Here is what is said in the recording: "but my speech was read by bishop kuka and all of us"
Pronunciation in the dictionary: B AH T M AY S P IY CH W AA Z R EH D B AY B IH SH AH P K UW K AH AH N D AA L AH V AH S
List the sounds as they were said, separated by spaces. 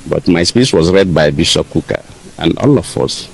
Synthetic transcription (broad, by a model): B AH T M AY S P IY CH W AA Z R EH D B AY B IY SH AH K UW K AH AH N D AA L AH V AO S